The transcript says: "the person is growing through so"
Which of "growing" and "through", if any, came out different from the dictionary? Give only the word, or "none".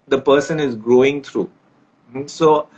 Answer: through